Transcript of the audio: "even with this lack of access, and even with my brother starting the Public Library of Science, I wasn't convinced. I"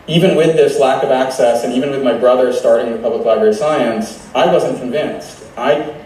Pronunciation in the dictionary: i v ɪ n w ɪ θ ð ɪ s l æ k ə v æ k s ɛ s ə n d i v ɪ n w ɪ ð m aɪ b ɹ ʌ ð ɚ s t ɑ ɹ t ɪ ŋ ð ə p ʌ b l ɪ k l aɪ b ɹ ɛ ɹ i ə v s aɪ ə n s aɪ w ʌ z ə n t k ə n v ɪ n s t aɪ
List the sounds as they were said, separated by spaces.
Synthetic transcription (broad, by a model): i v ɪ n w ɪ ð ɪ s l æ k ə v æ k s ɛ s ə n i v ɪ n w ɪ ð m aɪ b ɹ ʌ ð ɚ s t ɑ ɹ t ɪ ŋ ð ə p ʌ b l ɪ k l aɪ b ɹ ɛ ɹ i s aɪ ə n s aɪ w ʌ z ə n k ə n v ɪ n s t aɪ